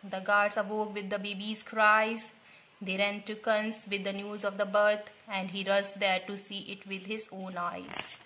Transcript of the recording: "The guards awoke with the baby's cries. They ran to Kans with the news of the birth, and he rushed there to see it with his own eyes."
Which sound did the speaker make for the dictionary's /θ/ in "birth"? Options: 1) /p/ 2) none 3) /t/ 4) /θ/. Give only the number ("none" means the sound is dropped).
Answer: 3